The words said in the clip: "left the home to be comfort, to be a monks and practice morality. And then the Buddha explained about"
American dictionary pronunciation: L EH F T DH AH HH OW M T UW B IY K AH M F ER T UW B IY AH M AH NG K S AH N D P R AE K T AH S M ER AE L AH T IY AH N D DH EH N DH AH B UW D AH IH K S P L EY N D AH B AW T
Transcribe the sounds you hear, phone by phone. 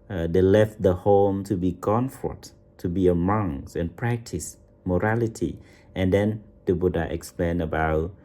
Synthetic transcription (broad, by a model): L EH F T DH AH HH OW M T UW B IY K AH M F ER T UW B IY AH M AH NG S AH N P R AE K T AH S M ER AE L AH T IY AH N D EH N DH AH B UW D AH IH K S P L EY N AH B AW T